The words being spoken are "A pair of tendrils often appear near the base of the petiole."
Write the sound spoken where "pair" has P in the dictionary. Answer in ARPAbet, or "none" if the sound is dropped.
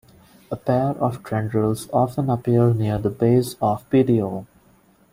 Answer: P